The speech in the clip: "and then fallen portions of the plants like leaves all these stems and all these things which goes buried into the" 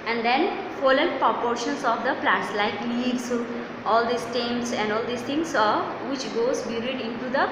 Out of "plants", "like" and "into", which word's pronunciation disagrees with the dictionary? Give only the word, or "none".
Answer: plants